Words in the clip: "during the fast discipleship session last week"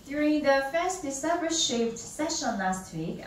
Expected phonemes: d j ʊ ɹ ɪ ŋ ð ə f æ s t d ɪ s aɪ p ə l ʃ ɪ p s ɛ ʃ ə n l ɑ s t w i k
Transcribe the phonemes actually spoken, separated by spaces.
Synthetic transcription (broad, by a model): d j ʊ ɹ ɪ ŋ ð ə f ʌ s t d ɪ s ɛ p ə ʃ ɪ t s ɛ ʃ ə n l ɑ s t w i k